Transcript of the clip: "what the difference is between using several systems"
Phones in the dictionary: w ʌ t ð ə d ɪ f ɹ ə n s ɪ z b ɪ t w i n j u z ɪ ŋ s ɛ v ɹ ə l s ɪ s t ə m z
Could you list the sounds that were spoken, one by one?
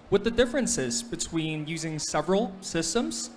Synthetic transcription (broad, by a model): w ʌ ð ə d ɪ f ɹ ə n s ɪ z b ɪ t w i n j u z ɪ ŋ s ɛ v ɹ ə l s ɪ s t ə m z